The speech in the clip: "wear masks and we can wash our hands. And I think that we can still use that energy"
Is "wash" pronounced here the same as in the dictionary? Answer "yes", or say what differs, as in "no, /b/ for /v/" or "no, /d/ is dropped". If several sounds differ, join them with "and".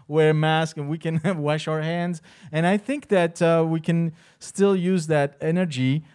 yes